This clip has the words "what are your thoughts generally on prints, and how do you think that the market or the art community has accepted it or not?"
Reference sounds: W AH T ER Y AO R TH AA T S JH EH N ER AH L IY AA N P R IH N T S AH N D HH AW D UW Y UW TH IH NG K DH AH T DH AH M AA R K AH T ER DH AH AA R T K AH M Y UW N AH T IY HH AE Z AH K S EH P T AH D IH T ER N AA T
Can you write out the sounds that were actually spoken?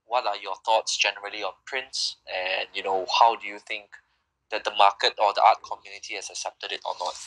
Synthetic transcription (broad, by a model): W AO T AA Y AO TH AA T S JH EH N ER AH L IY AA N P R IH N T S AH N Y HH AW D UW Y UW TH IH NG K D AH T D AH M AA K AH T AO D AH AA T K AH M Y UW N AH T IY HH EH S AH K S EH P T AH D IH T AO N AA T